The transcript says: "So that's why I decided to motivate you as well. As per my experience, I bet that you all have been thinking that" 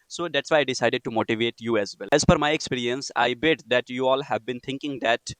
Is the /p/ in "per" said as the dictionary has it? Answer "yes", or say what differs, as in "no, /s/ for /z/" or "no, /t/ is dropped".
no, /f/ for /p/